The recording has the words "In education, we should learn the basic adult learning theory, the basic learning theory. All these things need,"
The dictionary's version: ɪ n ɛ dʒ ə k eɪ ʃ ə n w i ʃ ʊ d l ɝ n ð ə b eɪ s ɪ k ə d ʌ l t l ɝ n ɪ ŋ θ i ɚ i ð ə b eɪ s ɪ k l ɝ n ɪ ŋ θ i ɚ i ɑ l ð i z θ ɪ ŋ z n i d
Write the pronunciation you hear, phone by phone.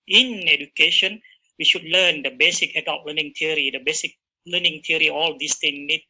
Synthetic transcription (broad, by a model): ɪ n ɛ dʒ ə k eɪ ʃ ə n w i ʃ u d l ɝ n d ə b eɪ s ɪ k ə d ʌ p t l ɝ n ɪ ŋ t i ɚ i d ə b eɪ s ɪ k l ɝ n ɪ ŋ t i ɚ i ɑ l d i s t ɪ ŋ n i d